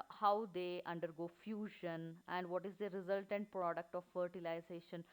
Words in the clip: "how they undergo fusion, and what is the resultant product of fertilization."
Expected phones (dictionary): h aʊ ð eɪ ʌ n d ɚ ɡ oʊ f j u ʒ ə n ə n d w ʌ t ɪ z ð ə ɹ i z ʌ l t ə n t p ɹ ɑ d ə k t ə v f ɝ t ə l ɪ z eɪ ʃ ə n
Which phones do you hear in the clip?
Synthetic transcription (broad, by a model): h aʊ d eɪ ʌ n d ɚ ɡ oʊ f j u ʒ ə n ə n d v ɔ t ɪ z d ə ɹ i z ʌ l t ə n t p ɹ ɑ d ə k t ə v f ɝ t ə l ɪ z eɪ ʃ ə n